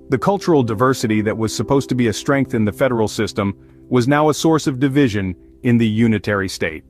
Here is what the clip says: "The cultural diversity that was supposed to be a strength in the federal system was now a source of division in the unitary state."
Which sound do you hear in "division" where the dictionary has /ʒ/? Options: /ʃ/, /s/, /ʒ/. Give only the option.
/ʒ/